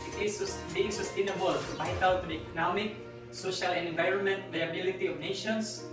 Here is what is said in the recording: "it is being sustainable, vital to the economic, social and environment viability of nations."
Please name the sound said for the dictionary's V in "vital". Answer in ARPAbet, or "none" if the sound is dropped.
B